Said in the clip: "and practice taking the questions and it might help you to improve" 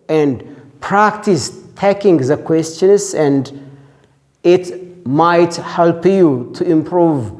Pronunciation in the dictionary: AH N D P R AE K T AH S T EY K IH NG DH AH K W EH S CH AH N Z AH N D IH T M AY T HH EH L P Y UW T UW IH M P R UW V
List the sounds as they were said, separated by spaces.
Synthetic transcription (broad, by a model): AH N D P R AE K T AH S T EY K IH NG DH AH K W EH S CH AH N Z AH N D IH T M AY T HH EH L P Y UW T UW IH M P R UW V